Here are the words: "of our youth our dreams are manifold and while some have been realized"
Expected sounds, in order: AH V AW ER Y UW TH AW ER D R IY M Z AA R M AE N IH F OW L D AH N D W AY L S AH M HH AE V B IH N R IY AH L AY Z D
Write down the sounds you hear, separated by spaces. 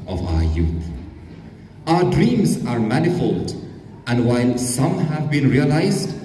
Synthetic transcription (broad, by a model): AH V AW ER Y UW TH AW ER D R IY M Z AA R M AE N IH F OW L D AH N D W AY L S AH M HH AE V B IH N R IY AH L AY Z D